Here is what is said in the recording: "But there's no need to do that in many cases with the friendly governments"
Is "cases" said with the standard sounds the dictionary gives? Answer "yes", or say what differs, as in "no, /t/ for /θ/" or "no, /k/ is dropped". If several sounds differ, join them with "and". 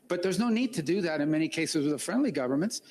yes